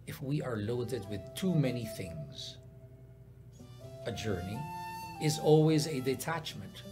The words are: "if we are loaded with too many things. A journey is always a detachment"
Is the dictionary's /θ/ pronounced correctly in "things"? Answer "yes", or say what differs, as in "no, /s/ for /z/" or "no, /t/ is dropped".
yes